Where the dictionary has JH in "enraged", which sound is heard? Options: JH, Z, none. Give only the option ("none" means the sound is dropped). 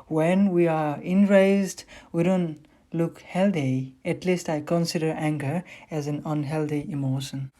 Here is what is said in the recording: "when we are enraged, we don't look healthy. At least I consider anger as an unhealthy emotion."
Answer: Z